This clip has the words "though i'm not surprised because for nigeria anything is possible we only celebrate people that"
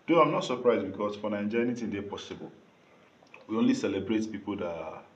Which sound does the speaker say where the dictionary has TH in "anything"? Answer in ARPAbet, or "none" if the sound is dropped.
T